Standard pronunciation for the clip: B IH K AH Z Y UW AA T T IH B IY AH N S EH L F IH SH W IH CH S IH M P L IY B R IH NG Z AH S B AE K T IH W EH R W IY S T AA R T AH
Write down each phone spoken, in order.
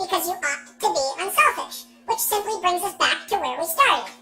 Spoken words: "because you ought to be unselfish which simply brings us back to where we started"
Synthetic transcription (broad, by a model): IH K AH Z Y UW AA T T IH B IY AH N S EH L F IH SH W IH CH S IH M P L IY B R IH NG Z AH S B AE K T IH W EH R W IY S T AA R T